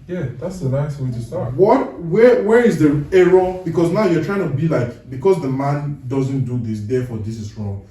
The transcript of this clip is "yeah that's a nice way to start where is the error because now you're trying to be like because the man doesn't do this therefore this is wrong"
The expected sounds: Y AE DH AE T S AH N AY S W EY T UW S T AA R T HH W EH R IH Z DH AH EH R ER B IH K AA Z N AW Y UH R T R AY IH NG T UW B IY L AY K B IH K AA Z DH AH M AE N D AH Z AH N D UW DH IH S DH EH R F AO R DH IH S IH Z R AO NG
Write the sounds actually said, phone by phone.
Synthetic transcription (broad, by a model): Y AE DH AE T S AH N AY S W EY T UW S T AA W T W W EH R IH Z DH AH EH R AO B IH K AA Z N AW Y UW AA T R AY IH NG T UW B IY L AY K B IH K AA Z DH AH M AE N D AH Z AH N D UW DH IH S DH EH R F AO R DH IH S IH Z R AO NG